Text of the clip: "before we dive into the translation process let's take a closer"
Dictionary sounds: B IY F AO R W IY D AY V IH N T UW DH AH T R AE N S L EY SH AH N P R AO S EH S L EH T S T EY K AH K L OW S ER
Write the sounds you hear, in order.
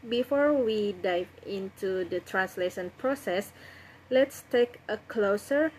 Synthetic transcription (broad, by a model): B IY F AO R W IY D AY V IH N T UW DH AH T R AE N S L EY SH AH N P R AO S EH S L EH T S T EY K AH K L OW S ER